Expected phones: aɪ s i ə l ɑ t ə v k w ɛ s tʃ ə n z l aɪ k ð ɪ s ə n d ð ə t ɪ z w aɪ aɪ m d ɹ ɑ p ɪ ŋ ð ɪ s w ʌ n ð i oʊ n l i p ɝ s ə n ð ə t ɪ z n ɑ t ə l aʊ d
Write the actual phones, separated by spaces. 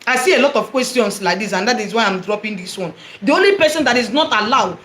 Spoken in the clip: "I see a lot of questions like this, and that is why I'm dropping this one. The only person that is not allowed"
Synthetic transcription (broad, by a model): aɪ s i ə l ɑ t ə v k w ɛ s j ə n s l aɪ k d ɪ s ə n d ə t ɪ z w aɪ aɪ m d ɹ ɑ p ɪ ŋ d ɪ s w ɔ n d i oʊ n l i p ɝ s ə n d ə t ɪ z n ɑ t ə l aʊ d